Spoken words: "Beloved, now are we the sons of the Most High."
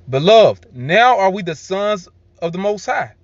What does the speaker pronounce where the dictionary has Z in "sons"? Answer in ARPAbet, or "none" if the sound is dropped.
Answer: Z